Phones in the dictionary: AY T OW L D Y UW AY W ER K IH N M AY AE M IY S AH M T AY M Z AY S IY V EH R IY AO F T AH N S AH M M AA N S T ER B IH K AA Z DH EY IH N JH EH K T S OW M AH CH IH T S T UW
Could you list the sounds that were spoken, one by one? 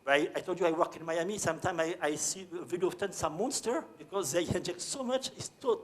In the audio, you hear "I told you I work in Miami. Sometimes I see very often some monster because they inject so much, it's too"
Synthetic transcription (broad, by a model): AY T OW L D Y UW AY W ER K IH N M AY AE M IY S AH M T AY M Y AY S IY V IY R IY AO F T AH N S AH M M AA N S T ER B IH K AA Z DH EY IH N JH EH K T S OW M AH CH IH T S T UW